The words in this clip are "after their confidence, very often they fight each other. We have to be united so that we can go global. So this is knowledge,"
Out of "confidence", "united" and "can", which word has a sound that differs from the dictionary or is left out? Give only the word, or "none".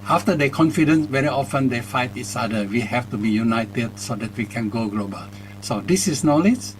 none